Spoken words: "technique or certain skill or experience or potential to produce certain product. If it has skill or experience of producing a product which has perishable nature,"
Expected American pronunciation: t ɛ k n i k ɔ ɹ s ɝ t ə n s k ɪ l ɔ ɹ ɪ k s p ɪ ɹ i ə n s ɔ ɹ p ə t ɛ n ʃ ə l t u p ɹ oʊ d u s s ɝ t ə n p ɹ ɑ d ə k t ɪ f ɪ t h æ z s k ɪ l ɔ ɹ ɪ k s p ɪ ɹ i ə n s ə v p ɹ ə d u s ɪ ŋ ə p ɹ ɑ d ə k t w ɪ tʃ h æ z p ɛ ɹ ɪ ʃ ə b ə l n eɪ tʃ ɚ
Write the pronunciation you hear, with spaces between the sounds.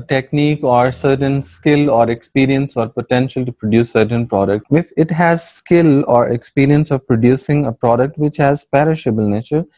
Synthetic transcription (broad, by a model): t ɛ k n i k ɔ ɹ s ɝ t ə n s k ɪ l ɔ ɹ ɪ k s p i ɹ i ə n s ɔ ɹ p ə t ɛ n ʃ ə l t u p ɹ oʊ d u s s ɝ t ə n p ɹ ɑ d ə k t ɪ f ɪ t h æ z s k ɪ l ɔ ɹ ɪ k s p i ɹ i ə n s ə v p ɹ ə d u s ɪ ŋ ə p ɹ ɑ d ə k t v ɪ tʃ h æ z p ɛ ɹ ɪ ʃ ə b ə l n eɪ tʃ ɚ